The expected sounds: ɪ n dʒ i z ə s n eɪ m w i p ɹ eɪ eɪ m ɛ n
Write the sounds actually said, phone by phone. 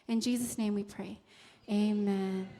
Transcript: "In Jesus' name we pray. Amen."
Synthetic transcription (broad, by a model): ɪ n dʒ i z ə s n eɪ m w i p ɹ eɪ eɪ m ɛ n